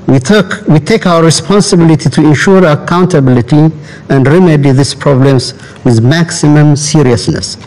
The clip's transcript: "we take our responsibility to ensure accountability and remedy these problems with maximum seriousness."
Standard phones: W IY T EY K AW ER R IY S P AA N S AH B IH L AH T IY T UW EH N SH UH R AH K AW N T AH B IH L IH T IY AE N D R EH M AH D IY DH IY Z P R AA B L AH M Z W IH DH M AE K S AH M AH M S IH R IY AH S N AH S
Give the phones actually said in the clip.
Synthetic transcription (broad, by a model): W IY T EY K AW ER R IY S P AA N S AH B IH L AH T IY T UW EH N SH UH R AH K AW N T AH B IH L IH T IY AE N D R EH M AH D IY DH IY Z P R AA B L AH M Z W IH DH M AE K S AH M AH M S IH R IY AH S N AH S